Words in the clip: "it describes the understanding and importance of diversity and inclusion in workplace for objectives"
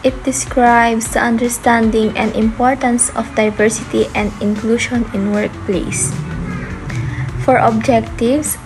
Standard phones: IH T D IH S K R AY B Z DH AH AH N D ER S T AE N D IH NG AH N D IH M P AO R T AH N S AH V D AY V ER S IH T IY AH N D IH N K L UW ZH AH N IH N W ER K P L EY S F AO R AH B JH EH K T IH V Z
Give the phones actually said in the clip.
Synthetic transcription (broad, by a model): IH T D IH S K R AY B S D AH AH N D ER S T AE N D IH NG AH N D IH M P AO R T AH N S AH F D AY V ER S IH T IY AH N D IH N K L UW SH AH N IH N W ER K P L EY S F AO R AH B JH EH K T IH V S